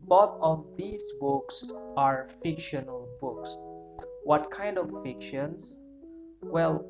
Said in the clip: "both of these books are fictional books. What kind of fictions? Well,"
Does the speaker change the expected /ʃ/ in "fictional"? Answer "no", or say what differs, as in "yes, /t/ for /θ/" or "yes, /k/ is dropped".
no